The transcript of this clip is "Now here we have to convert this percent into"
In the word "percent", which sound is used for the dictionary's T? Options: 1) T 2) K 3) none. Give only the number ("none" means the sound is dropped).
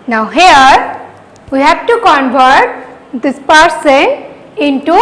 3